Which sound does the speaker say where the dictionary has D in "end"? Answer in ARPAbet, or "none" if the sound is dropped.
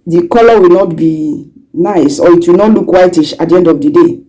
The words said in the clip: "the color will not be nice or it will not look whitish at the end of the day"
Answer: D